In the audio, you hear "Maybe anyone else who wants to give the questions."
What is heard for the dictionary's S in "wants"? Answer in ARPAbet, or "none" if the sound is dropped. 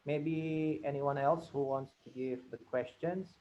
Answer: S